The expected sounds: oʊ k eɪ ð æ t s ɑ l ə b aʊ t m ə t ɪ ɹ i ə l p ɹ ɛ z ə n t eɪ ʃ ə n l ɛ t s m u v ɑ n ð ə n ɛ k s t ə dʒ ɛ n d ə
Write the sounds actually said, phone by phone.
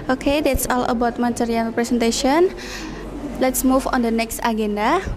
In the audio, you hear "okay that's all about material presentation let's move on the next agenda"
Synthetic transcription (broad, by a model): oʊ k eɪ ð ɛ t s ɑ l ə b aʊ t m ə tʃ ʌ ɹ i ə n p ɹ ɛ s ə n t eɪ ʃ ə n l ɛ t s m u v ɑ n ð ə n ɛ k s t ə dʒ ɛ n d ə